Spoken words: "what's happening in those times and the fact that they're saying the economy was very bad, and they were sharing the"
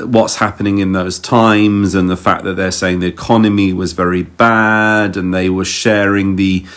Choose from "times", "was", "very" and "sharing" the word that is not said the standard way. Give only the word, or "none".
none